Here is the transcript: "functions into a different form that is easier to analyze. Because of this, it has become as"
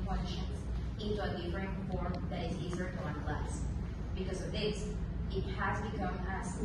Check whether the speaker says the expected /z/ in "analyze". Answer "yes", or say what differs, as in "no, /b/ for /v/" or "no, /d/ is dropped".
no, /s/ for /z/